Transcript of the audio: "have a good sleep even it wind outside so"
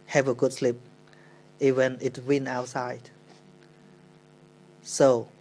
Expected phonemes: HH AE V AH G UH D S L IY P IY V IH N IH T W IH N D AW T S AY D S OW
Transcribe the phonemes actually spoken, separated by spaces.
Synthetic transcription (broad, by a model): HH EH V AH G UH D S L IY P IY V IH N IH T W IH N AW T S AY D S OW